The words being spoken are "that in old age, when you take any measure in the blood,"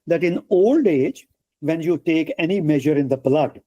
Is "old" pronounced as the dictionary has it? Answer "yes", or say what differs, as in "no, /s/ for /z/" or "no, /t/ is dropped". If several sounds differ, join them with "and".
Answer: yes